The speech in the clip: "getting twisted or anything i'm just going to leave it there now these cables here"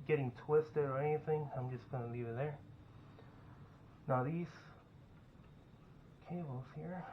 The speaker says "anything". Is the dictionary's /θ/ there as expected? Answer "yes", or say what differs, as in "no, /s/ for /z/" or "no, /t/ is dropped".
yes